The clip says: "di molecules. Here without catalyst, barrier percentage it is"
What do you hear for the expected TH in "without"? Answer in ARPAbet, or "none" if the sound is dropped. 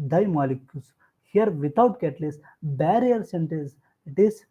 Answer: T